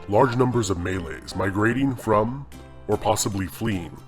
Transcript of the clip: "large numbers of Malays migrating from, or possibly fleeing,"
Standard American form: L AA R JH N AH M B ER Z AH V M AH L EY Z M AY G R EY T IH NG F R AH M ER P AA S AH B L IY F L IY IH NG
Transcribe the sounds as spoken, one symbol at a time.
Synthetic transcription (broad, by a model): L AA R JH N AH M B ER Z AH V M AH L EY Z M AY G R EY T IH NG F R AH M ER P AA S AH B L IY F L IY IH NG